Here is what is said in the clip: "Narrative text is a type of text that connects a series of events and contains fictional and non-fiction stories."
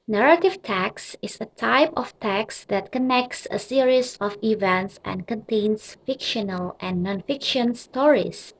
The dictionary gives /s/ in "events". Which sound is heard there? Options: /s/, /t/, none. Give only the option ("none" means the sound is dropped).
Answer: /s/